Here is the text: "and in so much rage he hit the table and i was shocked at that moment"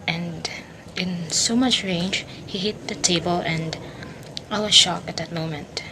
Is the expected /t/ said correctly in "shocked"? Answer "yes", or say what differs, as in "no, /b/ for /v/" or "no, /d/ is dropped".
no, /t/ is dropped